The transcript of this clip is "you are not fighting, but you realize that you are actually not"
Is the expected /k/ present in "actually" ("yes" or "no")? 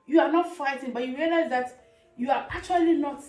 no